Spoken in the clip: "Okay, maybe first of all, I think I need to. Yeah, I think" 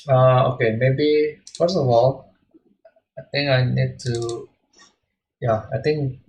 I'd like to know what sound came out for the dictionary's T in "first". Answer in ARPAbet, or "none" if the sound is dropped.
none